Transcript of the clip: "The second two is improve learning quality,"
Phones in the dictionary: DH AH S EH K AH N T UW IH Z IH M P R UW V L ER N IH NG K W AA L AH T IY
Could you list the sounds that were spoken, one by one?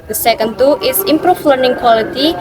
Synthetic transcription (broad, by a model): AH S EH K AH N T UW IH S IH M P R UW F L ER N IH NG K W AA L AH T IY